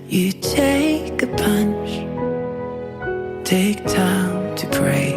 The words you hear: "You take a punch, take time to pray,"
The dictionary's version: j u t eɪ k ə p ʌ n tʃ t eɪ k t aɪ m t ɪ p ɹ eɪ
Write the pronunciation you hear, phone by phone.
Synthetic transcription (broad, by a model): j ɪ t eɪ k ə p ʌ n tʃ t eɪ k t aɪ m t ɪ p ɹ eɪ